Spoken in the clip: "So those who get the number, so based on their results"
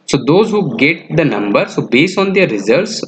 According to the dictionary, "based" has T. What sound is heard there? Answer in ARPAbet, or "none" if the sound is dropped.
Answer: none